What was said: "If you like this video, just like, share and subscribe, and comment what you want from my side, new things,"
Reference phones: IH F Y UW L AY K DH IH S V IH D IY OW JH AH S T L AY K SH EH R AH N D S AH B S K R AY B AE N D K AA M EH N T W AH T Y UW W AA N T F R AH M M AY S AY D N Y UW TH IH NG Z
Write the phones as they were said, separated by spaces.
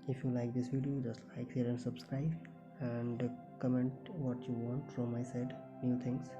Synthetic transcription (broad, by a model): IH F Y UW L AY K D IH S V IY D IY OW JH AH S T L AY K S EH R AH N S AH B S K R AY B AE N D K AA M EH N T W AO T Y UW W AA N T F R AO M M AY S AY D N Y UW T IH NG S